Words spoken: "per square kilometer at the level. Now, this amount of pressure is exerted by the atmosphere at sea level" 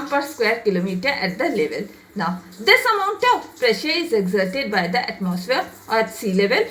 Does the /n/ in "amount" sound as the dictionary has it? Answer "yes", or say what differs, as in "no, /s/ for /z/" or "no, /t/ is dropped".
yes